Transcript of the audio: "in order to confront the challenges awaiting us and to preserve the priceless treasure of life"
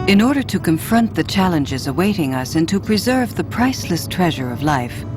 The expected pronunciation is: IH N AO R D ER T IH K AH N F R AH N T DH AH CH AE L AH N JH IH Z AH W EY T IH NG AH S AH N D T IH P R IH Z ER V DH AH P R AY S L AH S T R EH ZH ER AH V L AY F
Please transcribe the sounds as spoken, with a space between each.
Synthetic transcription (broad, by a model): IH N AO R D ER T IH K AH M F R AH N DH AH CH AE L AH N JH IH Z AH W EY T IH NG AH S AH N T IH P R IH Z ER V DH AH P R AY S L AH S T R EH ZH ER AH V L AY F